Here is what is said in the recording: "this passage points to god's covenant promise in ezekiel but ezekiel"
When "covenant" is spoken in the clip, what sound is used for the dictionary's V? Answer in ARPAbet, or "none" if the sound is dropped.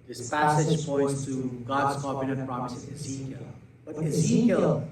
P